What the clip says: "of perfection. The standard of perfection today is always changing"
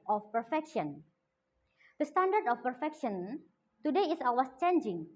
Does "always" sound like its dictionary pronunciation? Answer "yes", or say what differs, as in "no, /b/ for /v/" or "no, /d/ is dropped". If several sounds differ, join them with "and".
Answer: no, /l/ is dropped and /s/ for /z/